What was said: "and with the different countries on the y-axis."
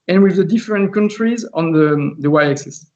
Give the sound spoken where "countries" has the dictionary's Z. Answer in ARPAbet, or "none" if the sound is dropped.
Z